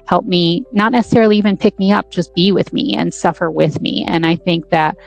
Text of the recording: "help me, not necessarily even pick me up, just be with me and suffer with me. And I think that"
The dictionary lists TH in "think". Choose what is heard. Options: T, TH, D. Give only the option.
TH